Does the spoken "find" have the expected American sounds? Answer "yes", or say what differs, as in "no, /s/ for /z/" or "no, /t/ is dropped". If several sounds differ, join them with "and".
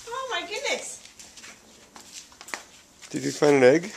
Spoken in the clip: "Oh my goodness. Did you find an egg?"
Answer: no, /d/ is dropped